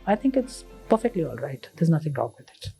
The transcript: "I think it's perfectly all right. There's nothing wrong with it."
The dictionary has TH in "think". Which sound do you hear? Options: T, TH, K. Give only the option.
T